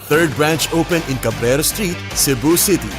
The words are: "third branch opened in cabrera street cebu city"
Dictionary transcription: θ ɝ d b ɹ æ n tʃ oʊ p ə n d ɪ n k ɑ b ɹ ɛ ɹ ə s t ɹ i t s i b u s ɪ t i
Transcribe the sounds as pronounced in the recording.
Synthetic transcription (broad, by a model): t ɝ d b ɹ æ n tʃ oʊ p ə n ɪ n k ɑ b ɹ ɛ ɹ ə s t ɹ i t s i b u s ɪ t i